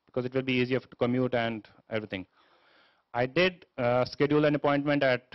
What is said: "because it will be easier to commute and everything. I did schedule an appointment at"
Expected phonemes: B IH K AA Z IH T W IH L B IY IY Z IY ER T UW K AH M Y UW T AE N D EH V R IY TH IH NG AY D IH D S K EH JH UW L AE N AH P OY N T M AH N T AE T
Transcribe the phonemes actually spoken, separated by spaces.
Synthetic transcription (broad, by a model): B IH K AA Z IH T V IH L B IY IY Z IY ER T UW K AH M Y UW T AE N D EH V R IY T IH NG AY D IH D S K EH JH UW L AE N AH P OY N T M AH N T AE T